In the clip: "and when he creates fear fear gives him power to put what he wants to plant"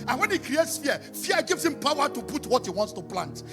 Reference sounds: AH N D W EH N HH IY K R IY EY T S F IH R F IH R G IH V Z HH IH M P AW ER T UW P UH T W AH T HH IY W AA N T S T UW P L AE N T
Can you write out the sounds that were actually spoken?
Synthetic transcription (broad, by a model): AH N W EH N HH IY K R IY EY T S F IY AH F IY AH G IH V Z HH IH M P AW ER T UW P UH T W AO T HH IY W AA N T S T UW P L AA N T